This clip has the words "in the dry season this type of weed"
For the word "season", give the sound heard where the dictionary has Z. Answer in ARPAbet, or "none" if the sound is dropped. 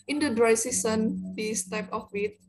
S